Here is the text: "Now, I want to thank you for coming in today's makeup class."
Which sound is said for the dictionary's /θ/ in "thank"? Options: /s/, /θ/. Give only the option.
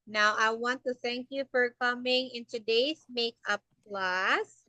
/θ/